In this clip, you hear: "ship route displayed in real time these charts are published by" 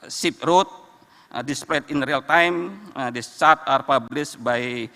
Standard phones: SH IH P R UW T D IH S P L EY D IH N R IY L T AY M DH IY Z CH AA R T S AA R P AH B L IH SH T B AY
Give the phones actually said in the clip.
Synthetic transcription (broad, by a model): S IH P R UW T D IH S P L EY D IH N R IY L T AY M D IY S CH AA R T AA R P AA B L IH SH B AY